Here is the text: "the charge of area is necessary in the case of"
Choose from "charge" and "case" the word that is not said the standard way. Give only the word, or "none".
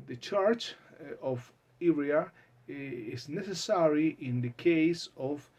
charge